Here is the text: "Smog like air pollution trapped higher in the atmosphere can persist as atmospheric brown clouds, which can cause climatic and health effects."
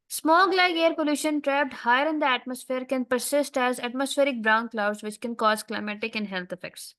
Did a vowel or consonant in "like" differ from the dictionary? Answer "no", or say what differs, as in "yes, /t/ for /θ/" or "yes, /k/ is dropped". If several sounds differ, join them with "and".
yes, /k/ is dropped